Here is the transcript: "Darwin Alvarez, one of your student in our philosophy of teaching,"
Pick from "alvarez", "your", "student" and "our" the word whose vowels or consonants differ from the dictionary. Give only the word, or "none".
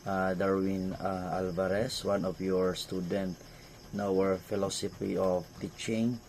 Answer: alvarez